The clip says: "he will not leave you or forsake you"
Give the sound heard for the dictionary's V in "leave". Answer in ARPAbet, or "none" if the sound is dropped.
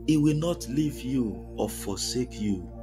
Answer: V